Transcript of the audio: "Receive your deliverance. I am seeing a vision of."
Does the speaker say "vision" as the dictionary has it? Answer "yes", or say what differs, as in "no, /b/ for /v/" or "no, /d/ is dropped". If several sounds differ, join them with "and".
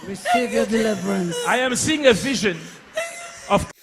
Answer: yes